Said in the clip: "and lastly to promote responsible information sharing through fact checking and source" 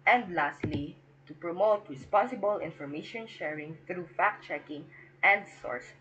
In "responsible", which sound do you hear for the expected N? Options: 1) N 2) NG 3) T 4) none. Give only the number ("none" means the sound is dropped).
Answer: 4